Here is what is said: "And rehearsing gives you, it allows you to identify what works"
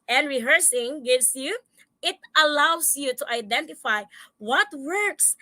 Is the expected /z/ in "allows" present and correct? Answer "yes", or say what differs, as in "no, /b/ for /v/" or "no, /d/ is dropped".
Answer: no, /s/ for /z/